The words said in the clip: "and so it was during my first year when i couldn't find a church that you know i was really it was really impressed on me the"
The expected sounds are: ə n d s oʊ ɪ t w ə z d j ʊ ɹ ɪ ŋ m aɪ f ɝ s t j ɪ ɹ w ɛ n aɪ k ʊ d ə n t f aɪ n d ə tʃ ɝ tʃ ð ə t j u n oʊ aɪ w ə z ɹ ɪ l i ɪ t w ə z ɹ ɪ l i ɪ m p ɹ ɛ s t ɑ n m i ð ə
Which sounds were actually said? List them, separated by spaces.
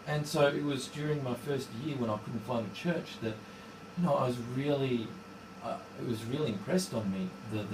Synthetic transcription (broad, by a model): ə n s oʊ ɪ t w ə z d j ʊ ɹ ɪ ŋ m aɪ f ɝ s t j ɪ ɹ w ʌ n aɪ k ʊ d n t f aɪ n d ə tʃ ɝ tʃ ð ə t j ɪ n oʊ aɪ w ə z ɹ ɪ l i ɪ t w ə z ɹ ɪ l i ɪ m p ɹ ɛ s t n m i ð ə